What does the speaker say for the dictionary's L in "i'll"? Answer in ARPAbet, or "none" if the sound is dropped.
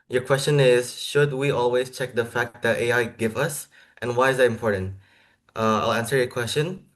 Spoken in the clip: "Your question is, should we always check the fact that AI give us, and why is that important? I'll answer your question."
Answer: L